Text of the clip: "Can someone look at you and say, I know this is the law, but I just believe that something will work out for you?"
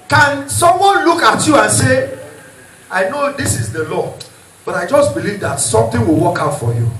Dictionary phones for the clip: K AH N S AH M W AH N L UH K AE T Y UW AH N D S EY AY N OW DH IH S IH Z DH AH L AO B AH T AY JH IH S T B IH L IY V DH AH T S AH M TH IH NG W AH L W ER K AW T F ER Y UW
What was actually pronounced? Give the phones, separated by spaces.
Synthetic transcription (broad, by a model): K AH N S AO M W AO N L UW K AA T Y UW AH N S EY AY N OW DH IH S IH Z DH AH L AO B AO T AY JH IH S T B IH L IY V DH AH T S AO M T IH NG W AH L W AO K AW T F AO Y UW